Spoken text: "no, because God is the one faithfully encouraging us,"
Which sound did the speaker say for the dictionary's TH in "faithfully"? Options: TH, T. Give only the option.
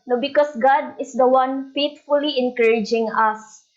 T